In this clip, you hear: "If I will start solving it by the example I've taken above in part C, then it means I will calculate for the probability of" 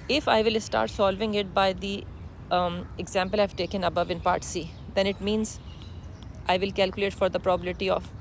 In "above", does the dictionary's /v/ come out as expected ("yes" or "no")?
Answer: yes